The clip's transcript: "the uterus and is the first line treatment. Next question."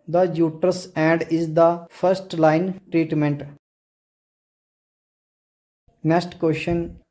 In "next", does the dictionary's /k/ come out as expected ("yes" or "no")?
no